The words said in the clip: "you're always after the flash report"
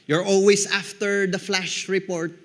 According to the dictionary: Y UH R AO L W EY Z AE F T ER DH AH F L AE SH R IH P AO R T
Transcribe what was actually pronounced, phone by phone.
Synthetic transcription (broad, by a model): Y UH R AO L W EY S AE F T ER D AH F L AE SH R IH P AO R T